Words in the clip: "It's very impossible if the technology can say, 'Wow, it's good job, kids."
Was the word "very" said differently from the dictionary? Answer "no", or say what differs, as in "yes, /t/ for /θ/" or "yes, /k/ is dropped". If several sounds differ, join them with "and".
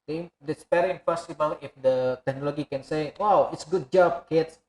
yes, /p/ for /v/